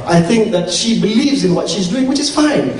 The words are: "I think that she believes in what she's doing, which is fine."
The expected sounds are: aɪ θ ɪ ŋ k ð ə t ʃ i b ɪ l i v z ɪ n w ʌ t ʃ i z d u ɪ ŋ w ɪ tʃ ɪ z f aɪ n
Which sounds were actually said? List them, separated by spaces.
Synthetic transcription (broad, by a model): aɪ θ ɪ ŋ k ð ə t ʃ i b ɪ l i v z ɪ n w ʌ t ʃ i z d u ɪ ŋ w ɪ tʃ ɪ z f aɪ n